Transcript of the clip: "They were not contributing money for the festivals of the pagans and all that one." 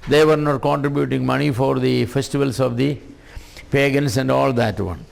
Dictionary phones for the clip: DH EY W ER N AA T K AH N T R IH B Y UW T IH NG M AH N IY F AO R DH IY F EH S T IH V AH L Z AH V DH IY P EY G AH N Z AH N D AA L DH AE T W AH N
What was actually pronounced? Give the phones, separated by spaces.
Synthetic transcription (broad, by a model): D EY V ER N AA T K AH N T R IH B Y UW T IH NG M AH N IY F AO R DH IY F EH S T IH V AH L S AH V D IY P EY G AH N S AH N D AA L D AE T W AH N